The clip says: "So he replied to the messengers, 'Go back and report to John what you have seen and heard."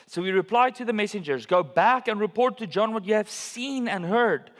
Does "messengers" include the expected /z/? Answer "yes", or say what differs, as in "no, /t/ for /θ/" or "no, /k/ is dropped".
yes